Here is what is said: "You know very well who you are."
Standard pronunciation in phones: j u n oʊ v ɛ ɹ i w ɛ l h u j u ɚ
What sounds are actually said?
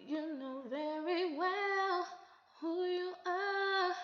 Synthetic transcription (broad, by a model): j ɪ n oʊ v ɛ ɹ i w ɛ l h u j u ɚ